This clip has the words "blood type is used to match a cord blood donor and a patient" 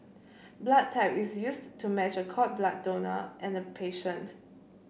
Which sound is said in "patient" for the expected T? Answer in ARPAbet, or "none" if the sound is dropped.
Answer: T